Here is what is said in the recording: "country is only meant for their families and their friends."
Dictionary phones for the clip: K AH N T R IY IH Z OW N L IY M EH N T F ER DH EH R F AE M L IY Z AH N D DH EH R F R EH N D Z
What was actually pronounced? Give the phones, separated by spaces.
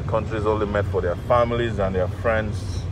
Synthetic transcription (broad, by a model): K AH N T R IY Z OW N L IY M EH T F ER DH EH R F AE M L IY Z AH N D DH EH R F R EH N D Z